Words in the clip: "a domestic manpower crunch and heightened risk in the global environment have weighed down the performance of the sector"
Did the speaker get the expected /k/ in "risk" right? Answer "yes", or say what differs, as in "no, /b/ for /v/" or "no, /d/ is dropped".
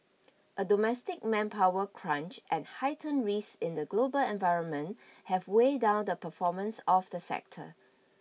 no, /k/ is dropped